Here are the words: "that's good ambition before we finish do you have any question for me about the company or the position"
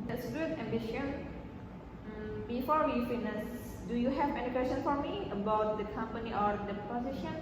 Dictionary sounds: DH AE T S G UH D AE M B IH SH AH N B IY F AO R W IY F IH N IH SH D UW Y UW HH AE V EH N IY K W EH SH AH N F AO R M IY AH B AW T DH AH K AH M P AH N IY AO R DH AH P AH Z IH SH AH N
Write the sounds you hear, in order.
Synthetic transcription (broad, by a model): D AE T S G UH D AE M B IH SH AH N B IY F AO R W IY F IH N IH S D UW Y UW HH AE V EH N IY K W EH S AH N F AO R M IY AH B AW T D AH K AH M P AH N IY AO R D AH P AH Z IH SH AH N